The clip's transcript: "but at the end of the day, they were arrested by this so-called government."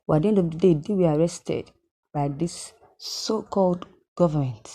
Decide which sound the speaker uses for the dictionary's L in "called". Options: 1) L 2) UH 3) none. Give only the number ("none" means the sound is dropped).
1